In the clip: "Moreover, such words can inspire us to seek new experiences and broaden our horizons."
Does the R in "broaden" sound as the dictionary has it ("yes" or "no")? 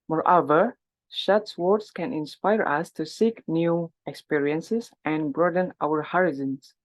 yes